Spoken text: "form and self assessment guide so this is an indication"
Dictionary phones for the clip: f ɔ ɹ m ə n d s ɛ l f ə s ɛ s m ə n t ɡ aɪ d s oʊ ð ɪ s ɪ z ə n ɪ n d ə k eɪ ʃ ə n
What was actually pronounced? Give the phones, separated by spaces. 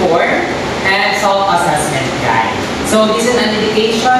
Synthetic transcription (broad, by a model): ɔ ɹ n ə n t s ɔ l ə s ɛ s m ə n t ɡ aɪ s oʊ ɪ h ɪ z ə n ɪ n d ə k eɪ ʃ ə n